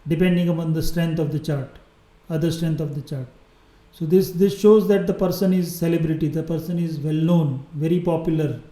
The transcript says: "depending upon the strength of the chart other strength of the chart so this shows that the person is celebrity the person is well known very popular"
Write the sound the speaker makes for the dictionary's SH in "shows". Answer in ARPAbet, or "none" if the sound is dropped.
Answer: SH